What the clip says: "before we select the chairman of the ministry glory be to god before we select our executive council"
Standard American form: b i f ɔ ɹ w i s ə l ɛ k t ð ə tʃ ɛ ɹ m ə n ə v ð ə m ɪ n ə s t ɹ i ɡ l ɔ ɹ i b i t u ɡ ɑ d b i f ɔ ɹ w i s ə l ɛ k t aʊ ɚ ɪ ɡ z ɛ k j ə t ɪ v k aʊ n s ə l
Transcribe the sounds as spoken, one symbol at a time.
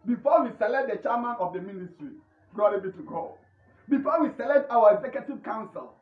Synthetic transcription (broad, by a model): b i f ɔ w i s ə l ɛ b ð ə tʃ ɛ m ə n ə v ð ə m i n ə s t ɹ i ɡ ɔ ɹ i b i t u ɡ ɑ b i f ɔ w i s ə l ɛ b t aʊ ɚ ɪ ɡ z ɛ k j ə t ɪ v k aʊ n s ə l